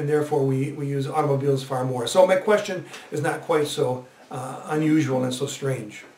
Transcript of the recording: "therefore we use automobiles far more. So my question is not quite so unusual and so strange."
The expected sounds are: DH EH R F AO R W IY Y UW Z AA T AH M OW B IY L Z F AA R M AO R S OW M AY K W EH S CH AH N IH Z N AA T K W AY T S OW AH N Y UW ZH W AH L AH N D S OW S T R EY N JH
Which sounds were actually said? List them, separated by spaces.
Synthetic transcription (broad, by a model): DH EH R F AO R W IY Y UW Z AA T AH M OW B IY L Z F AA R M AO R S OW M AY K W EH S CH AH N IH Z N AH T K W AY T S OW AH N Y UW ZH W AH L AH N S OW S T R EY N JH